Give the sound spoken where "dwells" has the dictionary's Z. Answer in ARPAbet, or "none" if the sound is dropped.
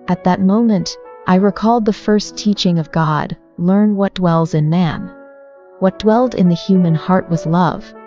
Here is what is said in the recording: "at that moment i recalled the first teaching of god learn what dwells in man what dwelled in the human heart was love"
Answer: Z